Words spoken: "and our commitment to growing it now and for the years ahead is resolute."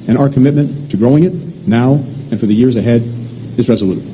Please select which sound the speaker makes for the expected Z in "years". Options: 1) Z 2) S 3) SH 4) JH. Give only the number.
1